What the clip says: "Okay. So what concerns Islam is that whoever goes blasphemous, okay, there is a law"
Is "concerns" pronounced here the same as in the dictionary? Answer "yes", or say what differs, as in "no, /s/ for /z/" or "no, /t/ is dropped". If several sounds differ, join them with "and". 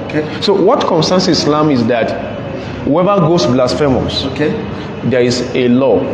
no, /s/ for /z/